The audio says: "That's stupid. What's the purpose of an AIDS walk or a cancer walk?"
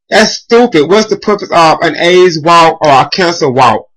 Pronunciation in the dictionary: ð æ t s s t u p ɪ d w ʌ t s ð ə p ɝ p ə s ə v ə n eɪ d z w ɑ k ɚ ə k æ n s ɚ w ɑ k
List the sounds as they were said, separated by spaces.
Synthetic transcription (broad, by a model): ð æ t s s t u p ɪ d w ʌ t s ð ə p ɝ p ə s ə v ə n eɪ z w ɑ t ɚ ə k æ n s ɚ w ɑ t